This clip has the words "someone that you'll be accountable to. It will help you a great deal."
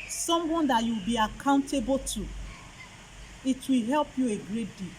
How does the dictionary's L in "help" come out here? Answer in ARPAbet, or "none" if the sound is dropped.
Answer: L